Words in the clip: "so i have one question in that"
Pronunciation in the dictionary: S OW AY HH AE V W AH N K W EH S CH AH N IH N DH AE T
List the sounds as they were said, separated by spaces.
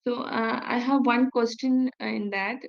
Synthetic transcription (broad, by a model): S OW AY HH AE V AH N K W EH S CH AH N IH N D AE T